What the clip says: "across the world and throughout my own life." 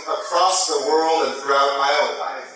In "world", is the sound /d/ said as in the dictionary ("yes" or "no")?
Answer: yes